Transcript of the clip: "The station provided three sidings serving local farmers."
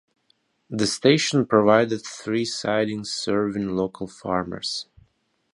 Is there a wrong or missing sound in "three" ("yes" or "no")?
no